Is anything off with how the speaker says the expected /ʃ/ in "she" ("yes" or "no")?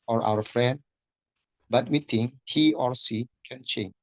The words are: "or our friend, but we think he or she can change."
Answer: yes